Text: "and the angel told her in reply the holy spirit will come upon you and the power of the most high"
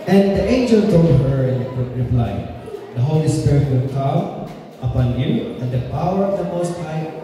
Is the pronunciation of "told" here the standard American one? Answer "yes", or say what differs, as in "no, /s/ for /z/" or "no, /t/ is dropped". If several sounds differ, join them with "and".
no, /l/ is dropped